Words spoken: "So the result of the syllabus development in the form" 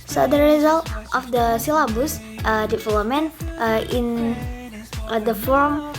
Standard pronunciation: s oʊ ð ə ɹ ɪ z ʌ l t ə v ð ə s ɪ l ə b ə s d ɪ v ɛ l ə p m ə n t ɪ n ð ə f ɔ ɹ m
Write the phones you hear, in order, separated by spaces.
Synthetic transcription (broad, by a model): s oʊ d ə ɹ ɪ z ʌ l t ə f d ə s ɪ l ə b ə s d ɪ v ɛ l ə m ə n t ɪ n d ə f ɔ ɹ m